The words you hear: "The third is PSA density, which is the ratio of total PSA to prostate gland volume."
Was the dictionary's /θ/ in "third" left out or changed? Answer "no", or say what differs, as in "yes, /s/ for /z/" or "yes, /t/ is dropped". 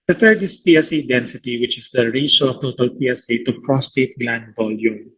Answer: yes, /t/ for /θ/